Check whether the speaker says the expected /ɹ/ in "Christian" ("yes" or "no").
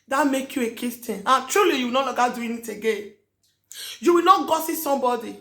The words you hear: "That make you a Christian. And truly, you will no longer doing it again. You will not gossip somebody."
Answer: no